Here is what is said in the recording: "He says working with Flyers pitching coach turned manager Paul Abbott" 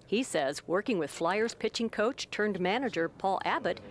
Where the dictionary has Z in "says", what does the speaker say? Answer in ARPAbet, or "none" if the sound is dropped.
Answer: Z